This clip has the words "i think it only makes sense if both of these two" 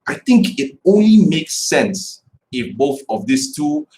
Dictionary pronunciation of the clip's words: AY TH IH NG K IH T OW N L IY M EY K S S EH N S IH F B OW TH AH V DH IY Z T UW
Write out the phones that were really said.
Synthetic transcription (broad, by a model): AY TH IH NG K IH T OW N L IY M EY K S S EH N S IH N B OW TH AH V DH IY S T UW